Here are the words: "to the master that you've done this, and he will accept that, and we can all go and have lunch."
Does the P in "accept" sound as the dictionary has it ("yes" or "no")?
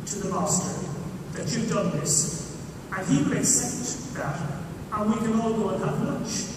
no